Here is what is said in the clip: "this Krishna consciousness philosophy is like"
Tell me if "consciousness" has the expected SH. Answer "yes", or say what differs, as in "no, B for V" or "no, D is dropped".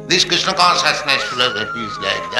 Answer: no, S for SH